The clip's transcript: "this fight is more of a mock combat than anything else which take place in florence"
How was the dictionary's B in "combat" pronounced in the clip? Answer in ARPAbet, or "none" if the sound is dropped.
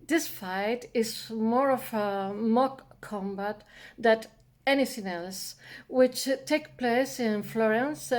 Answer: B